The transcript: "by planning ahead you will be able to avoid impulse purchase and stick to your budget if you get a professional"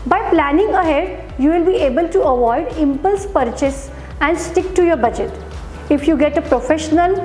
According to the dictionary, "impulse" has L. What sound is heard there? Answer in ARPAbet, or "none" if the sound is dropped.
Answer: L